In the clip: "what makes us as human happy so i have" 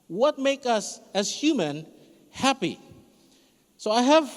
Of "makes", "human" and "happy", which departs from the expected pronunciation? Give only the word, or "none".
makes